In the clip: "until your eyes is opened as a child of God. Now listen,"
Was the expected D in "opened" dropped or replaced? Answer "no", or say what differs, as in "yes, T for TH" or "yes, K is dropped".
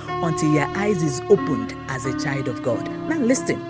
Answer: no